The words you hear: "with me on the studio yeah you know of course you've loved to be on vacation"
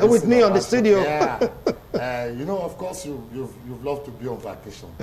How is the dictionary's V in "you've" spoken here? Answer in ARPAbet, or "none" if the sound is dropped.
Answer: V